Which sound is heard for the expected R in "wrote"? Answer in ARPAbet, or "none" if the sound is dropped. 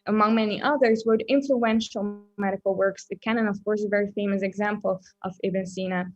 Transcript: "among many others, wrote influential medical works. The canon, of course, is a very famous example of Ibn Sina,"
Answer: W